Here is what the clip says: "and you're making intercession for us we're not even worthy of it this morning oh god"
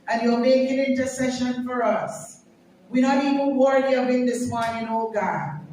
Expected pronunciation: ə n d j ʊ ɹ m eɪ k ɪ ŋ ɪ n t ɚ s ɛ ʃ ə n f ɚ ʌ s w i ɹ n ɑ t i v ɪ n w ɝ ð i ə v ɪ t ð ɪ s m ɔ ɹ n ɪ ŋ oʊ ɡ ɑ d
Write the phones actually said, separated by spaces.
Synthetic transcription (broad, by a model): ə n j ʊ l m eɪ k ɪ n ɪ n t ɚ s ɛ ʃ ə n f ɚ ʌ s w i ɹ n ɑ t i v ɪ n w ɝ i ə b ɪ t ð ɪ s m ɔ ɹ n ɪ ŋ oʊ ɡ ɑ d